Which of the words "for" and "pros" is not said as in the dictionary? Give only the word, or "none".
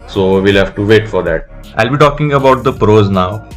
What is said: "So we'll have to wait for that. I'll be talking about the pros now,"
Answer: none